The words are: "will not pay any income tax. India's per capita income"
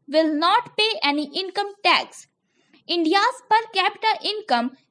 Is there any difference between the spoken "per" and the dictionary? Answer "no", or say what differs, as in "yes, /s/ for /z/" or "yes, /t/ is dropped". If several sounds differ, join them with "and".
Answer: no